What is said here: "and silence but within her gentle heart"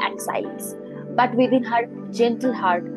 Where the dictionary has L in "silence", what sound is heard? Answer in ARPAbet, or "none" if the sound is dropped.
none